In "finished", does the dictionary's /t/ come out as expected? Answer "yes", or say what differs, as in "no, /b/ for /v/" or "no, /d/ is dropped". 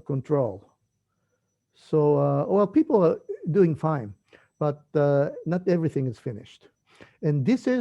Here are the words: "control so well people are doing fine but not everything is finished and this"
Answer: yes